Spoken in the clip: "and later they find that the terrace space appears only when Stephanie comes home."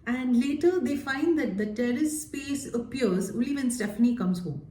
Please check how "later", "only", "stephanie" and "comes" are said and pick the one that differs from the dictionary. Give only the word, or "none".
only